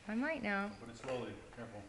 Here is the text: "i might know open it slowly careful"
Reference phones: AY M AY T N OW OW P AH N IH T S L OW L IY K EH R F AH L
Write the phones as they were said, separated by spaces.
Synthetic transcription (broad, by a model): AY M AY T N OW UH B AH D IH T S L OW L IY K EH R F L